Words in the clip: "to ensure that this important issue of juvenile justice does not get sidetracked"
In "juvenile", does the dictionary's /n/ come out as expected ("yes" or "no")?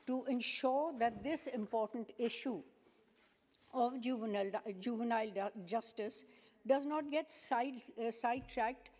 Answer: yes